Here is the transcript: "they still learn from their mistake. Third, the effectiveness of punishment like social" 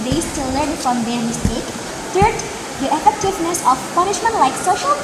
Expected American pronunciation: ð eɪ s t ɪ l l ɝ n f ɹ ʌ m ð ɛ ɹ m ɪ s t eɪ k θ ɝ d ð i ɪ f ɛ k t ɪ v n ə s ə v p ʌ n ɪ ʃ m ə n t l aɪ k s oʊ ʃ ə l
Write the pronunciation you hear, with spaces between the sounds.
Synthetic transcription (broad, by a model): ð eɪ s t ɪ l l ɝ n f ɹ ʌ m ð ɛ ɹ m ɪ s t eɪ k t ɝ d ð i ɪ f ɛ k t ɪ v n ə s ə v p ʌ n ɪ ʃ m ə n t l aɪ k s oʊ ʃ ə l